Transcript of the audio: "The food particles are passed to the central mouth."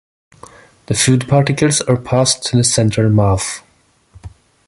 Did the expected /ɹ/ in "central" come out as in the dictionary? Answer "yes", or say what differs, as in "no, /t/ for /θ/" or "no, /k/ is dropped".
no, /ɹ/ is dropped